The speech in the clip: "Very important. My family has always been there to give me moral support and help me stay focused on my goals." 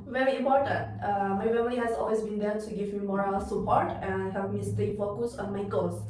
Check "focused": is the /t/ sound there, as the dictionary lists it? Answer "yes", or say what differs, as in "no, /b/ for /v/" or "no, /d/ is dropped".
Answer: no, /t/ is dropped